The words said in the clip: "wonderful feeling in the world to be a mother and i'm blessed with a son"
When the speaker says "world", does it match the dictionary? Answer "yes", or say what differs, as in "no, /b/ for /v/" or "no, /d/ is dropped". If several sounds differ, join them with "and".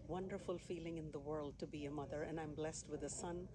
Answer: yes